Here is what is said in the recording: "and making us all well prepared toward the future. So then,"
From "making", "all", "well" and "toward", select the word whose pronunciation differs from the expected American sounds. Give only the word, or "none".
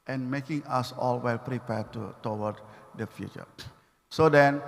toward